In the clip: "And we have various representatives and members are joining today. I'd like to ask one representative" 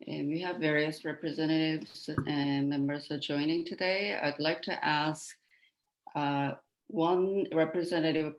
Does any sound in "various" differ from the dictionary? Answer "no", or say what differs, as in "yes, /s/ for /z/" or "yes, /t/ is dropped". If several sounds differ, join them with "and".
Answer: no